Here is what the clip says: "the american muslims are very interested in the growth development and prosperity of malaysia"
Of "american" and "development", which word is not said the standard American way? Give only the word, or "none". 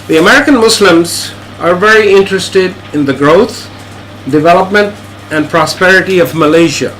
none